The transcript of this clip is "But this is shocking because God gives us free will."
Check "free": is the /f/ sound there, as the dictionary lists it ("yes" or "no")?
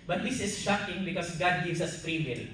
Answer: no